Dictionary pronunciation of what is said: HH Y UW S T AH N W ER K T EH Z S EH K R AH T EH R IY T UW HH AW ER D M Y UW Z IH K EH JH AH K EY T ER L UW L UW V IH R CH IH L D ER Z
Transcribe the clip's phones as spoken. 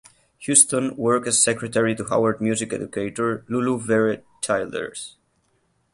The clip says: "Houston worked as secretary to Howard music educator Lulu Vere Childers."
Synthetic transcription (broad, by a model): HH Y UW S T AH N W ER K EH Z S EH K R AH T EH R IY T UW HH AW ER D M Y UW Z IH K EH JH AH K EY T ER L UW L UW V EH R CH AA L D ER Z